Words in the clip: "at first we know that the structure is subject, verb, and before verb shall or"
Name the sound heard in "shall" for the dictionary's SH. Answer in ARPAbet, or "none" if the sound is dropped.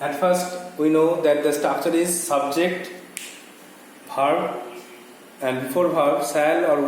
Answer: S